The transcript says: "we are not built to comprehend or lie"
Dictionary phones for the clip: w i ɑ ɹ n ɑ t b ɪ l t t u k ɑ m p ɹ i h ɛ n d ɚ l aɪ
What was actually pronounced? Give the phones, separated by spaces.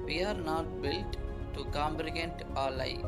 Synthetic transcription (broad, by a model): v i ɑ ɹ n ɑ t b ɪ l t t u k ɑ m b ɹ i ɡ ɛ n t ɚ l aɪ